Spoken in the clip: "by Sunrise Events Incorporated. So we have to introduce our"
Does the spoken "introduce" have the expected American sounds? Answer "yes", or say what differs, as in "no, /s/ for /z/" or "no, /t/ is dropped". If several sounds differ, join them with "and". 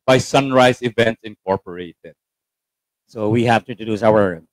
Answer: no, /n/ is dropped and /ɹ/ is dropped